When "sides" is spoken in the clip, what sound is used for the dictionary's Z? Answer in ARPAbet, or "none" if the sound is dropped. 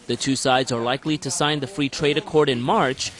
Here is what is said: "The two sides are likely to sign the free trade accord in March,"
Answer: Z